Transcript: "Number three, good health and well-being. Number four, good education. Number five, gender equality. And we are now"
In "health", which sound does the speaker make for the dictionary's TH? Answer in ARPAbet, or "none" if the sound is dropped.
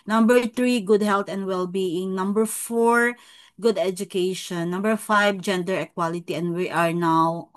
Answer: T